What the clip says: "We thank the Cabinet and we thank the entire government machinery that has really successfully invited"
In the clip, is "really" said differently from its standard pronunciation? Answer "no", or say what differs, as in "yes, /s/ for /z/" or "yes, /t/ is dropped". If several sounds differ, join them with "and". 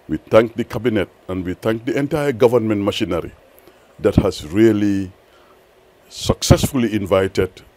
no